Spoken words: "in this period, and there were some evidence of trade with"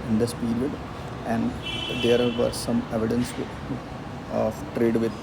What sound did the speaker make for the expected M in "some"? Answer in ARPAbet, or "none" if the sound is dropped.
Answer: M